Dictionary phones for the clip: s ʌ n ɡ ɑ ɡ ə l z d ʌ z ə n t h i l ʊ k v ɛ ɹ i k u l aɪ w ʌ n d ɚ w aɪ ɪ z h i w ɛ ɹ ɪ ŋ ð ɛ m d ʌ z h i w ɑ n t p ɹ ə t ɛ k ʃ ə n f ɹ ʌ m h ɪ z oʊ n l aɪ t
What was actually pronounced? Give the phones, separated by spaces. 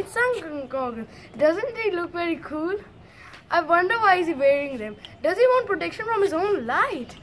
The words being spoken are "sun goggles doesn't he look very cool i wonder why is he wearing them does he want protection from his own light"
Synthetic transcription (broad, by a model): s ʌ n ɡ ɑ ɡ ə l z d ʌ z ə n t h i l ʊ k v ɛ ɹ i k u l aɪ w ʌ n d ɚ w aɪ ɪ z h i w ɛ ɹ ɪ ŋ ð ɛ m d ʌ z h i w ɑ n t p ɹ ə t ɛ k ʃ ə n f ɹ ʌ m h ɪ z oʊ n l aɪ t